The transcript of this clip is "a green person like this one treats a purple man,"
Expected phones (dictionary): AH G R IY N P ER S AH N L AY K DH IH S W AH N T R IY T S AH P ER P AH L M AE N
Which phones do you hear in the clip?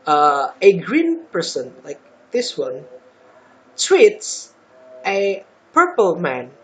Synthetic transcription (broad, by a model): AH G R IY N P ER S AH N L AY K DH IH S W AH N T W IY T S AH P ER P AH L M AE N